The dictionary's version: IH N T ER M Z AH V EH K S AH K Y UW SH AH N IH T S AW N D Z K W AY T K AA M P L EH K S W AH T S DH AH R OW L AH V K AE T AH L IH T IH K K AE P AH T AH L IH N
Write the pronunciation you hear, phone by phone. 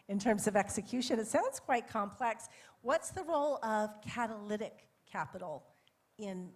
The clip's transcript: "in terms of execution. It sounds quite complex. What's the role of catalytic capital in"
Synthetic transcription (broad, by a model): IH N T ER M Z AH V EH K S AH K Y UW SH AH N IH T S AW N D Z K W AY T K AA M P L EH K S W AH T S DH AH R OW L AH V K AE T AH L IH T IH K K AE P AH T L IH N